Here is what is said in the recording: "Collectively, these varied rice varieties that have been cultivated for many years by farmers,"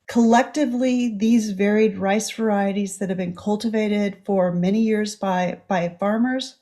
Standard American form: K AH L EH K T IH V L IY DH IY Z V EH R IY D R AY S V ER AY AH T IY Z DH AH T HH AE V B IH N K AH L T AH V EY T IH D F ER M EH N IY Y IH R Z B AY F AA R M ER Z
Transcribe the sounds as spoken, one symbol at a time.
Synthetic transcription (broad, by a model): K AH L EH K T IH V L IY DH IY Z V EH R IY D R AY S V ER AY AH T IY Z DH AH T HH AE V B IH N K AH L T AH V EY T IH D F ER M EH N IY Y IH R Z B AY F AA R M ER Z